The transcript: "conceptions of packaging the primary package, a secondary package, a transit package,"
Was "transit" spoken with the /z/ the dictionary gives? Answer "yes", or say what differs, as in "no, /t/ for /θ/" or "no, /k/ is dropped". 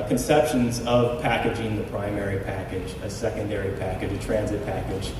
yes